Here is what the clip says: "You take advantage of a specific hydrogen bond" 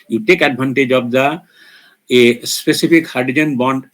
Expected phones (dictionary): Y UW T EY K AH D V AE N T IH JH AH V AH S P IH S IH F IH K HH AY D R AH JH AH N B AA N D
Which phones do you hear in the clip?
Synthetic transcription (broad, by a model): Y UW T EY K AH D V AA N T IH JH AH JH AH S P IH S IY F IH K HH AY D AH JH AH N B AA N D